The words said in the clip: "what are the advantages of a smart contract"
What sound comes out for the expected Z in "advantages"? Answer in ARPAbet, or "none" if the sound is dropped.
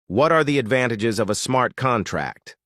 Z